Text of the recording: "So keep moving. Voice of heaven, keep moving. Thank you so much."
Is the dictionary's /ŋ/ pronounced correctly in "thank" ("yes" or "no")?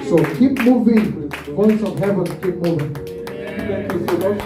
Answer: no